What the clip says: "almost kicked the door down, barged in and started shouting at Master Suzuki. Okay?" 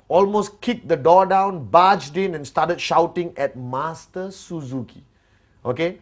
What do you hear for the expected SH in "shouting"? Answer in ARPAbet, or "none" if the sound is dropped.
SH